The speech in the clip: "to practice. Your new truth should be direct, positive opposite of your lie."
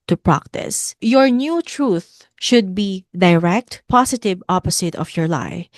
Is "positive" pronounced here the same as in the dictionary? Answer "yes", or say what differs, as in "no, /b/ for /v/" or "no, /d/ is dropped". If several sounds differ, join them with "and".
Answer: no, /s/ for /z/